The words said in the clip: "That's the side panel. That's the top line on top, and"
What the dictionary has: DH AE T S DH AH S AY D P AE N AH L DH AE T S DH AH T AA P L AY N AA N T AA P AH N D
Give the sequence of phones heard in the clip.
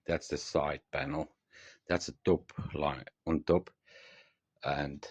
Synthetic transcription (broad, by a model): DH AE T S DH AH S AY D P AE N L DH AE T S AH T AA P L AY AA N T AA P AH N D